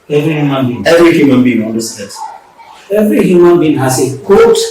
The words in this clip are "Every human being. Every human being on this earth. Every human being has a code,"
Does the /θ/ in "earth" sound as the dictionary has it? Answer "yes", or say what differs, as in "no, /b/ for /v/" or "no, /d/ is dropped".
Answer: no, /s/ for /θ/